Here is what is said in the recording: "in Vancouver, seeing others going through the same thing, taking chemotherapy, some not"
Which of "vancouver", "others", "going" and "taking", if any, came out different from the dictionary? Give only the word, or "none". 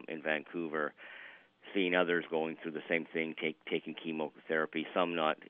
none